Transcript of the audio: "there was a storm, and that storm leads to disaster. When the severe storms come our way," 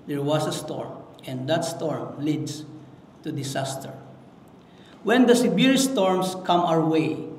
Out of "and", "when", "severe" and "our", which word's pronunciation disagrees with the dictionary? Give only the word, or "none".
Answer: severe